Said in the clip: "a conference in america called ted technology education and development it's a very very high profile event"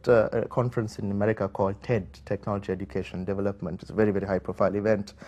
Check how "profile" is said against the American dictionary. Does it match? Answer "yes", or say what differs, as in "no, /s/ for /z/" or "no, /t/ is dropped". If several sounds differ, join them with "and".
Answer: yes